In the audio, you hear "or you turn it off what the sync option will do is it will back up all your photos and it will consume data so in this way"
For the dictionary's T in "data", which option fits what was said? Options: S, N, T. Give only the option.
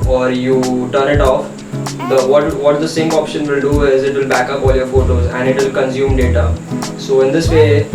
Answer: T